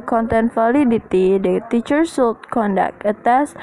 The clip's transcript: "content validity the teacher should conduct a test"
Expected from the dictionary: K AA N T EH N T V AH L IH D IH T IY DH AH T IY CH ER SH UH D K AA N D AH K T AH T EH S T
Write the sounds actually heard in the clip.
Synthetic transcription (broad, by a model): K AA N T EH N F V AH L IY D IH T IY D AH T IY CH ER S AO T K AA N D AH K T AH T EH S